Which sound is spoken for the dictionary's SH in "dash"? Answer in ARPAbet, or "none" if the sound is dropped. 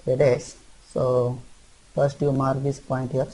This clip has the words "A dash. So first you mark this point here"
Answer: S